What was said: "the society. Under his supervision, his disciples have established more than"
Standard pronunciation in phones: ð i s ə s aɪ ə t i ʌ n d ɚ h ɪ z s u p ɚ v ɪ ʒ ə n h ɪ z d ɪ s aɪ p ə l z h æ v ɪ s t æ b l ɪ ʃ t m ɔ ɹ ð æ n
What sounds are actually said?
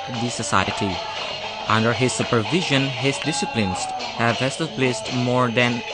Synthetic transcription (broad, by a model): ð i s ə s aɪ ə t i ʌ n d ɚ h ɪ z s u p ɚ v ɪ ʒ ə n h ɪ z d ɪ s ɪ p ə n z h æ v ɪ s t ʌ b l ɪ s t m ɔ ɹ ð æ n